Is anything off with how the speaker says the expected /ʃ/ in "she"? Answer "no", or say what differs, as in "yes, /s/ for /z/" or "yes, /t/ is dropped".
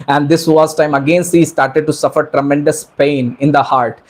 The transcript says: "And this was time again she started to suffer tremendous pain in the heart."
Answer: yes, /s/ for /ʃ/